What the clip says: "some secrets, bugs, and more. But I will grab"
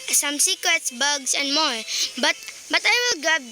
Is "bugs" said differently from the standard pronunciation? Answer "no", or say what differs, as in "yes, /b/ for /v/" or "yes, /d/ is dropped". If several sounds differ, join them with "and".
yes, /s/ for /z/